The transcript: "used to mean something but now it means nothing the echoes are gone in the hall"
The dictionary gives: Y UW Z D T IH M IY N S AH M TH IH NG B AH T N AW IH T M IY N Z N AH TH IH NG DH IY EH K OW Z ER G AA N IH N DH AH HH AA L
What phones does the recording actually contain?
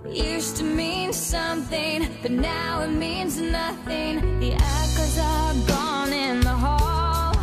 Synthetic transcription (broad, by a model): Y UW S T IH M IY N S AH M TH IH NG B AH T N AW IH T M IY N Z N AH TH IH NG DH IY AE K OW Z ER G AA N IH N DH AH HH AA L